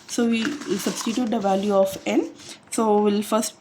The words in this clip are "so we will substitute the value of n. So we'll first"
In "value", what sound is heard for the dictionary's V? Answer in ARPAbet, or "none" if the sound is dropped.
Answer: V